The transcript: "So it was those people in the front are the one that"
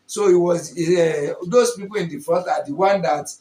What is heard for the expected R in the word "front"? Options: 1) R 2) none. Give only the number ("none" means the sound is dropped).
2